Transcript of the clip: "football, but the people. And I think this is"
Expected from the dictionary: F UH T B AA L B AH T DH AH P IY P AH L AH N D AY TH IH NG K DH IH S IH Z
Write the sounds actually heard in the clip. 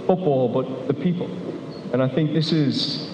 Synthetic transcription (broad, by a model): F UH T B AA L B AH T DH AH P IY P AH L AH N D AY TH IH NG K DH IH S IH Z